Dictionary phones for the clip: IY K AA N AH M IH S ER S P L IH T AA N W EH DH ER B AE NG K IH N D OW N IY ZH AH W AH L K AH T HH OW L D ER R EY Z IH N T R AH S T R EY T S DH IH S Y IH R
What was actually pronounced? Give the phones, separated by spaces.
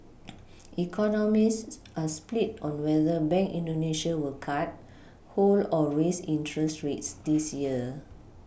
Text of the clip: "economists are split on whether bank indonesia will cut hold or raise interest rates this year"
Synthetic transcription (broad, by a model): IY K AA N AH M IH S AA S P L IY T AA N W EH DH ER B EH NG K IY N D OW N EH SH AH W AH L K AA T HH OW L AO R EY S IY N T R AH S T R EY T S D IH S Y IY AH